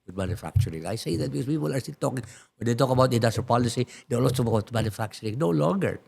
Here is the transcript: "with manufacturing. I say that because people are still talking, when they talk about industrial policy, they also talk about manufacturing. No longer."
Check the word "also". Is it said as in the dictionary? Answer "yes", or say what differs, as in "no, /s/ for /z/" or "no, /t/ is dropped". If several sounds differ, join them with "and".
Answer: no, /l/ is dropped